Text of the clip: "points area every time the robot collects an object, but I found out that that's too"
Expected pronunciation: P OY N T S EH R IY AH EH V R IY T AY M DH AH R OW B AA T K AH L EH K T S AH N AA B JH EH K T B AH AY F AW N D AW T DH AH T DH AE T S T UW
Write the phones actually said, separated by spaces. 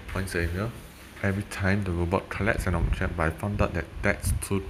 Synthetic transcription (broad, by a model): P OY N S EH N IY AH EH V R IY T AY M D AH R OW B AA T K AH L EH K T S AH N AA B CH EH T B AY F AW N D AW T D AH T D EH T S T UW